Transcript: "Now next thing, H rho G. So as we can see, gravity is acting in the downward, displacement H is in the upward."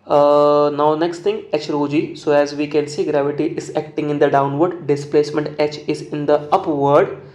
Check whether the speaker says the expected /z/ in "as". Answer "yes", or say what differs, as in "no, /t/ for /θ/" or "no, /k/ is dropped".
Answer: yes